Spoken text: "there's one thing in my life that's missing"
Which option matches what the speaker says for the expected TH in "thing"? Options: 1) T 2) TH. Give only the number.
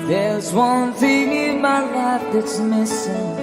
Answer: 2